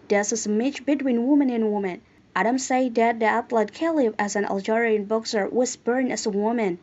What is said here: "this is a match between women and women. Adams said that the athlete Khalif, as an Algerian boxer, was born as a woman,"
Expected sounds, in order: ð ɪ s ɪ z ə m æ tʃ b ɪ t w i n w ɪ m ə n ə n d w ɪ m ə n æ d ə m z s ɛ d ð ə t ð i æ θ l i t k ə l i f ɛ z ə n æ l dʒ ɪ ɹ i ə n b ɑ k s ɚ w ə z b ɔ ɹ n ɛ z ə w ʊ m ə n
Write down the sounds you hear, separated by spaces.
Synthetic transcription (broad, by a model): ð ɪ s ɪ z ə m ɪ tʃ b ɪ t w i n w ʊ m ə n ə n w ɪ m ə n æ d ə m s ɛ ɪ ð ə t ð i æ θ l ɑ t k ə l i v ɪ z ə n æ l dʒ ɪ ɹ i ə n b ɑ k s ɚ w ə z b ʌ ɹ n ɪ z ə w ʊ m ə n